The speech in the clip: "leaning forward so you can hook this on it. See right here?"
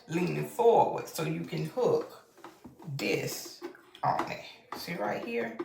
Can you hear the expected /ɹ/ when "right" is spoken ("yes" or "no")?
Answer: yes